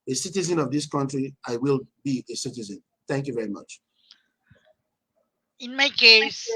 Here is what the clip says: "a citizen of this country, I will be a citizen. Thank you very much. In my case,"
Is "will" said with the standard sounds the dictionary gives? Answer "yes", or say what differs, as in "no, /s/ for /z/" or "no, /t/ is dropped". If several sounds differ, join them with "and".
yes